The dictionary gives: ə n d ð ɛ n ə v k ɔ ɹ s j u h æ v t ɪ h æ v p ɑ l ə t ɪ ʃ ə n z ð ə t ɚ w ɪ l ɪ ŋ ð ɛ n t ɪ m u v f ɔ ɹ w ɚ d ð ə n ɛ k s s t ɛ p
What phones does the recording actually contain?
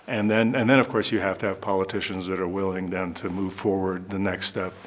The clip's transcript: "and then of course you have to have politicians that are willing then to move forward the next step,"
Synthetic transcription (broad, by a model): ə n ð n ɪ n ə v k ɔ ɹ s j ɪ h æ f t ɪ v p ɑ l ə t ɪ ʃ ə n z ð ə t ɚ w ɪ l ɪ ŋ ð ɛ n t ɪ m u v f ɔ ɹ w ɚ d ð ə n ɛ k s s t ɛ p